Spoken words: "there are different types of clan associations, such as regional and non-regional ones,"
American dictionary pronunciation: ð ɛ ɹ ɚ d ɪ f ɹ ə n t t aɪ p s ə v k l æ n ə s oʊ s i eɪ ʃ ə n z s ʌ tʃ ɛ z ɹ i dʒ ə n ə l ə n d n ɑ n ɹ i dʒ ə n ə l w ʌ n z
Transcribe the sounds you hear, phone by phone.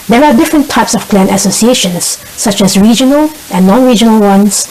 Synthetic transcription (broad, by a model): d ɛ ɹ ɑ d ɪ f ɹ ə n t t aɪ p s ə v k l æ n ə s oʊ s i eɪ ʃ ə n s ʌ tʃ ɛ s ɹ i dʒ ə n ə l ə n n ɑ n ɹ i dʒ ə n ə l w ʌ n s